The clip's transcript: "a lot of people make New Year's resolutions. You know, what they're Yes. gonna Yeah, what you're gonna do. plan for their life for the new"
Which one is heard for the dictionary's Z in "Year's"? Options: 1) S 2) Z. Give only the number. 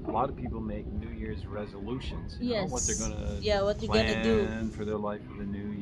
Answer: 2